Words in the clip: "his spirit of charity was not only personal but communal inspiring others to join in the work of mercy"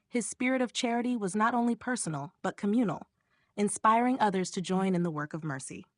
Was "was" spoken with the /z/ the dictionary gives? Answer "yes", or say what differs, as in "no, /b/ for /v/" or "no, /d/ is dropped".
yes